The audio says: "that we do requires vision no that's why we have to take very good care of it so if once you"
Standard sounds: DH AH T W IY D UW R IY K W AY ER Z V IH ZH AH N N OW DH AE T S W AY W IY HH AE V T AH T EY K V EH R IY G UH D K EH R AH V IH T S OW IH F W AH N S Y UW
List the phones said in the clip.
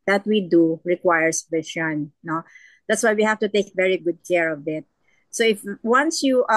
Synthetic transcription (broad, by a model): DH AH T W IY D UW R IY K W AY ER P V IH SH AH N N OW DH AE T S W AY W IY HH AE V T AH T EY K V EH R IY G UH D K EH R AH V IH T S OW IH F W AH N S Y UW